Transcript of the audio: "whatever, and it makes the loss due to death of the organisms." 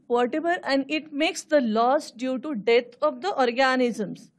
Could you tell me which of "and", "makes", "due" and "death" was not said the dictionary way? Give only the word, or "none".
death